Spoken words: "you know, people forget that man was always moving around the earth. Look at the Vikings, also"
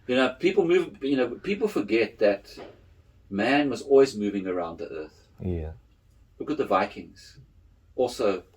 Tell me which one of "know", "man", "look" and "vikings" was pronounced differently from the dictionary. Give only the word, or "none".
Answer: none